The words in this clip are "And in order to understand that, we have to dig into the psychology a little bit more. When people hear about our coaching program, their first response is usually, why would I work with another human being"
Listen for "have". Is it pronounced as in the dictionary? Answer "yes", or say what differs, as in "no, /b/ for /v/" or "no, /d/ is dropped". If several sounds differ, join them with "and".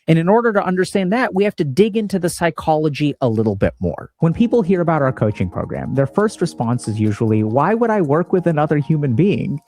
no, /f/ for /v/